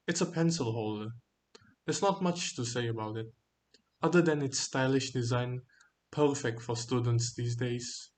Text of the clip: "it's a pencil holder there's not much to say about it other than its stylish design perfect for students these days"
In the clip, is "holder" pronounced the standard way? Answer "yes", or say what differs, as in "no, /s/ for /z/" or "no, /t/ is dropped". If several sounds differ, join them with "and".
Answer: yes